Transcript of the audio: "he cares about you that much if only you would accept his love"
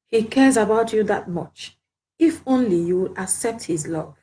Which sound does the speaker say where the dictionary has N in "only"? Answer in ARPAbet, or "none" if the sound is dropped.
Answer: N